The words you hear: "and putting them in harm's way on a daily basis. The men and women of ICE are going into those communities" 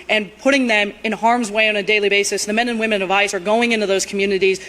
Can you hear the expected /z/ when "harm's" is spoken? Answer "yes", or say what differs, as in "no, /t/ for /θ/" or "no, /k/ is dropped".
yes